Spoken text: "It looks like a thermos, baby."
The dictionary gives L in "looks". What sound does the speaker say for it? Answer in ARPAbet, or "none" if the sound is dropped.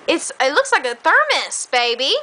L